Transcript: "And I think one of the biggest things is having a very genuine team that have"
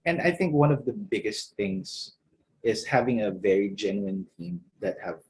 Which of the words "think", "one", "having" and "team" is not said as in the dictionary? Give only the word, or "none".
none